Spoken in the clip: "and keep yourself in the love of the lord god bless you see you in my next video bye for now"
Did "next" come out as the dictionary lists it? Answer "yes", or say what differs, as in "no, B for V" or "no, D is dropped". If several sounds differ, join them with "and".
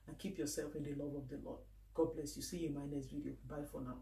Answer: no, K is dropped